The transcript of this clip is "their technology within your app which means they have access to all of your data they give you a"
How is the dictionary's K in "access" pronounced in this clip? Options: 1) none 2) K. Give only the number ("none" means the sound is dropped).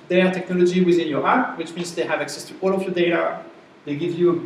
2